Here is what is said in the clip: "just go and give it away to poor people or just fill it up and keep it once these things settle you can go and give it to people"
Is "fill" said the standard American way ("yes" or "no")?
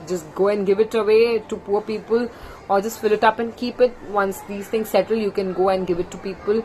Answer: yes